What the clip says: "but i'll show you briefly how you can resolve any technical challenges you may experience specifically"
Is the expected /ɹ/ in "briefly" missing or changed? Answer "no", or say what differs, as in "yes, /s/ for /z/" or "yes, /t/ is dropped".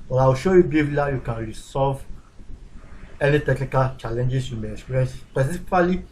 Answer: yes, /ɹ/ is dropped